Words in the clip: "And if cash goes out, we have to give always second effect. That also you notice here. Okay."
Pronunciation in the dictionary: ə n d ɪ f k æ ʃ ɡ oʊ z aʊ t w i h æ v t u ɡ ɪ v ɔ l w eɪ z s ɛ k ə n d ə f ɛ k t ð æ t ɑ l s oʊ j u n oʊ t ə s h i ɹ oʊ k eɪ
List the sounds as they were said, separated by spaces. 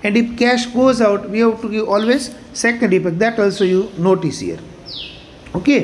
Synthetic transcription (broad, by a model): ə n d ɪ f k æ ʃ ɡ oʊ z aʊ t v i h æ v t u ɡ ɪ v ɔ l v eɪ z s ɛ k ə n d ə p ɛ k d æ t ɑ l s oʊ j u n oʊ t ə s h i ɹ oʊ k eɪ